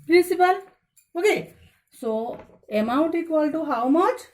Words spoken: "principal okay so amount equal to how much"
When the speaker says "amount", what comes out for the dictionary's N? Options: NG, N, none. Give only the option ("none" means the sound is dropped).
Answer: none